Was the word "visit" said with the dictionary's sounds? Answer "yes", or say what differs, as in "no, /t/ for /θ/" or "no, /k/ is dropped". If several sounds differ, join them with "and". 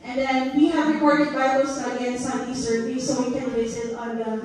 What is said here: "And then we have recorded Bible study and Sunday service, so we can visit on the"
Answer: no, /s/ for /z/